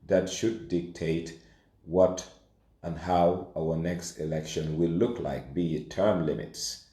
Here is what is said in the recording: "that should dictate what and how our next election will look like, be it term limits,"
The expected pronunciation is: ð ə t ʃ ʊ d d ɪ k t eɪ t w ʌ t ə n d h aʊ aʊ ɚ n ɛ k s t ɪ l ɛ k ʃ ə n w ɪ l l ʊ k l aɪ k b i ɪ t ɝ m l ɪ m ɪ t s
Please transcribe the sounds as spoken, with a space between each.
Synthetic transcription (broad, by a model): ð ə t ʃ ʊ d d ɪ k t eɪ t w ʌ t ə n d h aʊ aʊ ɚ n ɛ k s t ɪ l ɛ k ʃ ə n w ɪ l l ʊ k l aɪ k b i t ɝ m l ɪ m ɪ t s